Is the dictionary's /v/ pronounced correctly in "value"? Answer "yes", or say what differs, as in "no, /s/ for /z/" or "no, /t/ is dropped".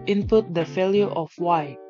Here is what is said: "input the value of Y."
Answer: no, /f/ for /v/